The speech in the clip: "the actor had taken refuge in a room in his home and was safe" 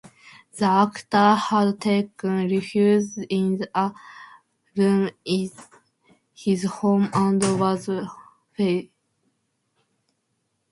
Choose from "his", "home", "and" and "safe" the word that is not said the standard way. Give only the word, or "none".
safe